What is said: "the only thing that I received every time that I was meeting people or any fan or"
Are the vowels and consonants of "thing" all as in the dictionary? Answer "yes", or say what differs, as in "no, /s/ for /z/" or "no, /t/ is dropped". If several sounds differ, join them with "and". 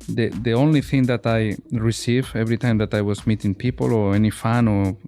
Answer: yes